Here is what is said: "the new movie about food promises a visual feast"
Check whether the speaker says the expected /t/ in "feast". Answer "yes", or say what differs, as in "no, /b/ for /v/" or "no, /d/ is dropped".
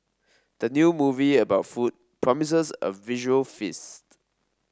yes